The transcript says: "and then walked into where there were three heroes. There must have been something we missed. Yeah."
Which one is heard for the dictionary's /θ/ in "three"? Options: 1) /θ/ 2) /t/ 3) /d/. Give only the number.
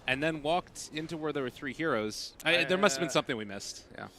1